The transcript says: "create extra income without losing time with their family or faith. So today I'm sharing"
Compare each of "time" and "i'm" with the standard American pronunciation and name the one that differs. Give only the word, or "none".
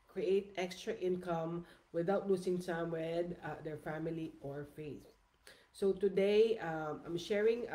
time